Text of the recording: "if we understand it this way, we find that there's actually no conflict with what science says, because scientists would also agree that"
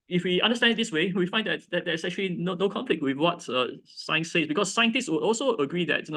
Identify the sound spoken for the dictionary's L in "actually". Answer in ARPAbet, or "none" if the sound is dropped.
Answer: N